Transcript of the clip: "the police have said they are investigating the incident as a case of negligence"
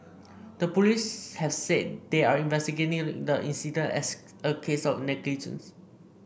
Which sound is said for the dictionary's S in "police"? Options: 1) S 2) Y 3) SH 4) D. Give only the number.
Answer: 1